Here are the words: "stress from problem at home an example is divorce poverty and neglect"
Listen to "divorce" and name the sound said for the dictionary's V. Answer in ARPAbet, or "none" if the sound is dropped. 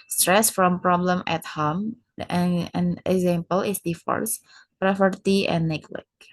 F